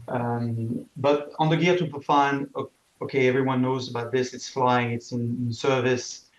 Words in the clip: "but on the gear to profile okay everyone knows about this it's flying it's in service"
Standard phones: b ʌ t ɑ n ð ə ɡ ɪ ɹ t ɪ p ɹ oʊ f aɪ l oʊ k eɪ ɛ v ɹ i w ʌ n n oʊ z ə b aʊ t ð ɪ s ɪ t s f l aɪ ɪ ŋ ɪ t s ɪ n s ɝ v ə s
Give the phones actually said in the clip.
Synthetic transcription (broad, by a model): b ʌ t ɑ n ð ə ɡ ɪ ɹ t ɪ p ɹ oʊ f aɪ n oʊ k eɪ ɛ v ɹ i w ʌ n n oʊ z ə b aʊ t ð ɪ s ɪ t s f l aɪ ɪ ŋ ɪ t s ɪ n s ɝ v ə s